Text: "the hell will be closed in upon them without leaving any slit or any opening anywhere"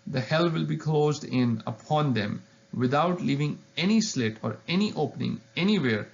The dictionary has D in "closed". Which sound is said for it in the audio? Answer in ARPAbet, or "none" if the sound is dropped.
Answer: D